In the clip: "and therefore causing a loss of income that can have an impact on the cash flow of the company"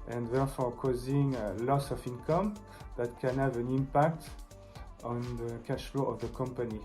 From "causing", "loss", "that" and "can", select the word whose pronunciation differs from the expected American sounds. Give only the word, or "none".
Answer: none